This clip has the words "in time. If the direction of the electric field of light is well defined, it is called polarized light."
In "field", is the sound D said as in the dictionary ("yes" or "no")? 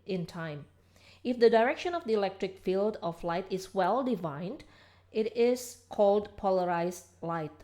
yes